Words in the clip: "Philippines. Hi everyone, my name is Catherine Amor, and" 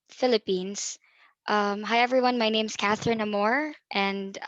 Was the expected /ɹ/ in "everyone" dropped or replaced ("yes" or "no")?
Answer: no